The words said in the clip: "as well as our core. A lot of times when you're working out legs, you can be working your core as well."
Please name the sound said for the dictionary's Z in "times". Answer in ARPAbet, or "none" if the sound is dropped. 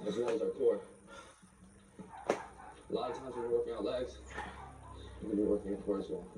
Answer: Z